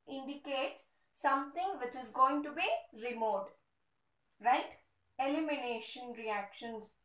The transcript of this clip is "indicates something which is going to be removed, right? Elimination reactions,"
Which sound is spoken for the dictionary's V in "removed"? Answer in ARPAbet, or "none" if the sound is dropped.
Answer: none